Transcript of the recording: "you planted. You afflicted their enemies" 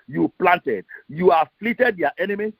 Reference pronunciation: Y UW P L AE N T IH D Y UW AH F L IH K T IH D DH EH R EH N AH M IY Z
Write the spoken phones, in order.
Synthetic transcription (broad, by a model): Y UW P L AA N T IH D Y UW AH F L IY T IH D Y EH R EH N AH M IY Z